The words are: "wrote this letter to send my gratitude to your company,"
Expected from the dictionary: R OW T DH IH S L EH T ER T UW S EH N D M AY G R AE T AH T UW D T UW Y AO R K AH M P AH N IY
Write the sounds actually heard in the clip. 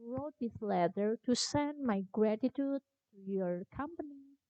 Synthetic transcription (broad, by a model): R OW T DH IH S L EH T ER T UW S EH N D M AY G R AE T AH T UW D T UW Y AO R K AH M P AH N IY